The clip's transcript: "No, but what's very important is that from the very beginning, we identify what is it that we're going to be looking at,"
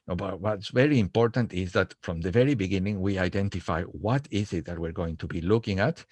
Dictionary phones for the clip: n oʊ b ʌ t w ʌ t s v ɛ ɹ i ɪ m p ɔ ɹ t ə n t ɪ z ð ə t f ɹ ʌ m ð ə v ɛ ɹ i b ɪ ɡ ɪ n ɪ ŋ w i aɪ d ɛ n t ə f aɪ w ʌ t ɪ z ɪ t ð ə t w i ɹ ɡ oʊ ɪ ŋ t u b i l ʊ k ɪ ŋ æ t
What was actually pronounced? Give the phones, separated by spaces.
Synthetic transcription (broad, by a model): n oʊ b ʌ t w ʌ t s v ɛ ɹ i ɪ m p ɔ ɹ t ə n t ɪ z ð ə t f ɹ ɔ m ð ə v ɛ ɹ i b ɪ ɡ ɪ n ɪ ŋ w i aɪ d ɛ n t ə f aɪ w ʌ t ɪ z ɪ t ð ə t w i ɹ ɡ oʊ ɪ ŋ t u b i l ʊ k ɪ ŋ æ t